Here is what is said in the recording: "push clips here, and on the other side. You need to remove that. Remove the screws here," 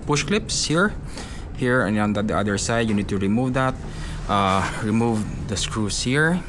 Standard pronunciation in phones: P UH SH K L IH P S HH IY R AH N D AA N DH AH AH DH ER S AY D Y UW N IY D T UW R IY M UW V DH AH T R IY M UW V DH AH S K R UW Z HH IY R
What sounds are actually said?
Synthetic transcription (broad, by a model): P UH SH K L IH P S HH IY R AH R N AA N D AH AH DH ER S AY D Y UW N IY D T UW R IY M UW V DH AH T R IY M UW V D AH S K R UW S HH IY R